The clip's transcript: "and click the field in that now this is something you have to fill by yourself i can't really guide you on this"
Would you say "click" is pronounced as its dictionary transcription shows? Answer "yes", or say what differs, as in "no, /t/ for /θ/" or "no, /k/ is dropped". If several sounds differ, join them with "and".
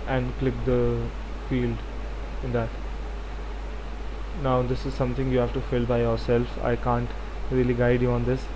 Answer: yes